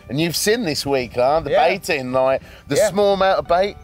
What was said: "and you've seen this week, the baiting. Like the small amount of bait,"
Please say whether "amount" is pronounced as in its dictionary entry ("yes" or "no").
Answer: no